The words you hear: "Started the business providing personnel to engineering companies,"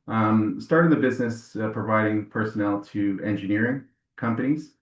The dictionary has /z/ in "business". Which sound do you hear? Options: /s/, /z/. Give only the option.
/z/